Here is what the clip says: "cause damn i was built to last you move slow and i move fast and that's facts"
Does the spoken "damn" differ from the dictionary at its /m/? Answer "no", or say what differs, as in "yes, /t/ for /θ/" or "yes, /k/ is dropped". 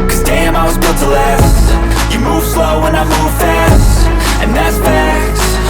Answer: no